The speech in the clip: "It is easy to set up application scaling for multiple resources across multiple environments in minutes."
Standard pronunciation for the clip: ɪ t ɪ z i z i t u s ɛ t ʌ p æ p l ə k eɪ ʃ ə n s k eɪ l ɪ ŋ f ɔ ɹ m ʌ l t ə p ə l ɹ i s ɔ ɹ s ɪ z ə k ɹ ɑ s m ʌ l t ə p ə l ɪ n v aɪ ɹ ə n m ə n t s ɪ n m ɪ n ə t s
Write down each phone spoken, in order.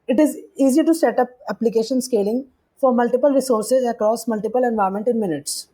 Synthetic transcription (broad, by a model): ɪ t ɪ z i z i t u s ɛ t ʌ p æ p l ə k eɪ ʃ ə n s k eɪ l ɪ ŋ f ɔ ɹ m ʌ l t ə p ə l ɹ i s ɔ ɹ s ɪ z ə k ɹ ɑ s m ʌ l t ə p ə l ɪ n v aɪ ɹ m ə n t ɪ n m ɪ n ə t s